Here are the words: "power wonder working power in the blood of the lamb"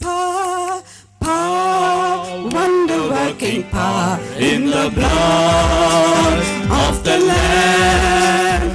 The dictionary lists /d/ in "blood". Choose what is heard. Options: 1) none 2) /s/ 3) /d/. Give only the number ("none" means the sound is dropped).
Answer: 1